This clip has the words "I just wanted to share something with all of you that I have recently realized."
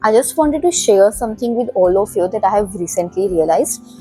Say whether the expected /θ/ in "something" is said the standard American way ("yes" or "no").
no